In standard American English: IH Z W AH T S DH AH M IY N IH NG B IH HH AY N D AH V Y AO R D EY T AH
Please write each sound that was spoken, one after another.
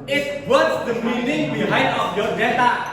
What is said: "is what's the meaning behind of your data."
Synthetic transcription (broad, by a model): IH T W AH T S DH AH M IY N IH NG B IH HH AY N AH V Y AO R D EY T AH